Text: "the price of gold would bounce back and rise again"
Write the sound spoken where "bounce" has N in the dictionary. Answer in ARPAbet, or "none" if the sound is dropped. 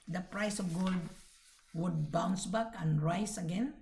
N